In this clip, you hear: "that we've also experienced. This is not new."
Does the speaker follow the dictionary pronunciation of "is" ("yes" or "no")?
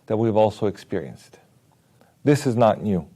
yes